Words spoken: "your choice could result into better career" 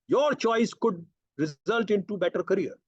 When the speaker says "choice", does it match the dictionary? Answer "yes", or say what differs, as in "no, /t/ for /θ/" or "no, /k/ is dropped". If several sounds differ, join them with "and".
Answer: yes